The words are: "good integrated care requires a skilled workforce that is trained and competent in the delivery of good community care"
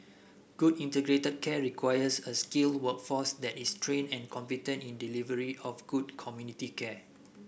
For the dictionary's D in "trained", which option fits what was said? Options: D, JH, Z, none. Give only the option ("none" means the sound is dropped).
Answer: none